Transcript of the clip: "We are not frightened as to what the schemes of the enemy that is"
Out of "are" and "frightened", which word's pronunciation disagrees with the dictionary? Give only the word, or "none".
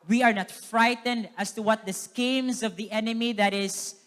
none